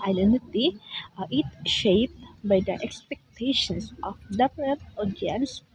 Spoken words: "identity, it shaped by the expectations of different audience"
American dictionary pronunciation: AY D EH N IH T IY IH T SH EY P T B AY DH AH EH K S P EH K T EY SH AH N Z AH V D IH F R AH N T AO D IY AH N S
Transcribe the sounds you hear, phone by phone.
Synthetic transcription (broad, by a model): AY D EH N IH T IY IH T SH EY P T B AY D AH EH K S P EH K T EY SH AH N S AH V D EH P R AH T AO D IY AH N S